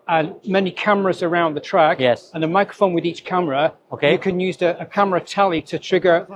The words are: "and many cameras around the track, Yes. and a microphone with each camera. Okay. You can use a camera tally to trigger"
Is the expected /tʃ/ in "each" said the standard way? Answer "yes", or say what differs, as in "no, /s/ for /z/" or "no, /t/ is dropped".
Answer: yes